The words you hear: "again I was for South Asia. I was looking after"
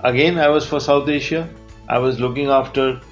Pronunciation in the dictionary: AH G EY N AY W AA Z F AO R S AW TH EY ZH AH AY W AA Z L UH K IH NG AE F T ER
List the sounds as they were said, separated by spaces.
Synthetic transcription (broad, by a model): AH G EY N AY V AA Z F AO R S AW T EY SH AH AY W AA Z L UH K IH NG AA F T ER